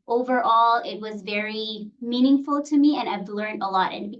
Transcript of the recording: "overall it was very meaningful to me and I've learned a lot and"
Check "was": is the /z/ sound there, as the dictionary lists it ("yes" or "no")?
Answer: yes